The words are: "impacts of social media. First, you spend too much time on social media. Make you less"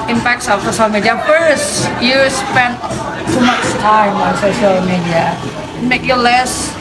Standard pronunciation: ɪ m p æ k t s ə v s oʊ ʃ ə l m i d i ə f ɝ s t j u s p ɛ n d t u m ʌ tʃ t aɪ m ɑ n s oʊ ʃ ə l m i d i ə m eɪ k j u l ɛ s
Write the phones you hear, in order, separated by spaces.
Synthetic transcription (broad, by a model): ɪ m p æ k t s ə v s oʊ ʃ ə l m i d i ə f ɝ s t j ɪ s p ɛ n t u m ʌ s t aɪ m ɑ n s oʊ ʃ ə l m i d i ə m eɪ k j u l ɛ s